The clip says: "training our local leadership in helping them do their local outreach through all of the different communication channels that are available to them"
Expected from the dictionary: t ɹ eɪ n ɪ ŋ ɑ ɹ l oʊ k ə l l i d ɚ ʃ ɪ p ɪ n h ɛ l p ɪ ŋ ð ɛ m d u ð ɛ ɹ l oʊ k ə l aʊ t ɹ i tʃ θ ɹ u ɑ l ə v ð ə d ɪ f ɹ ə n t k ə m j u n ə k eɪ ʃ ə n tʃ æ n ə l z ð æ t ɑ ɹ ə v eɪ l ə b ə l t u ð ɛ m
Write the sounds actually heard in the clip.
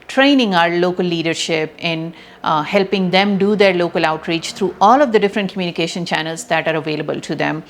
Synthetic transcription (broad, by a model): t ɹ eɪ n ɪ ŋ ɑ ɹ l oʊ k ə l l i d ɚ ʃ ɪ p ɪ n h ɛ l p ɪ ŋ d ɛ m d u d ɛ ɹ l oʊ k ə l aʊ t ɹ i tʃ t ɹ u ɑ l ə v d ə d ɪ f ɹ ə n t k ə m j u n ə k eɪ ʃ ə n tʃ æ n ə l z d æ t ɑ ɹ ə v eɪ l ə b ə l t u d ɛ m